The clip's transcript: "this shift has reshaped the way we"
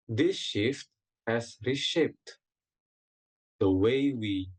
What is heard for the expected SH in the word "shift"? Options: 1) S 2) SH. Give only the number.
2